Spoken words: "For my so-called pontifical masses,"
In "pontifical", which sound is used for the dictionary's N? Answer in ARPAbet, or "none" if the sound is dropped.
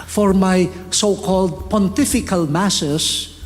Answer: N